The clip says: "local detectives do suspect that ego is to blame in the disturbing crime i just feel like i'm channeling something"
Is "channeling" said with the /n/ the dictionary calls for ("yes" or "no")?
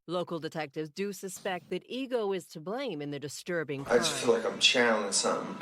no